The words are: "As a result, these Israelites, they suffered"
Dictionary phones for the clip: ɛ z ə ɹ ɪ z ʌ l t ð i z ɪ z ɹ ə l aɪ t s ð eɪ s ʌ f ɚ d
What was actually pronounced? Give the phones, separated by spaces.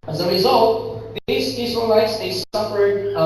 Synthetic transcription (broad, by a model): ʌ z ə ɹ ɪ z ʌ l t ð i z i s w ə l aɪ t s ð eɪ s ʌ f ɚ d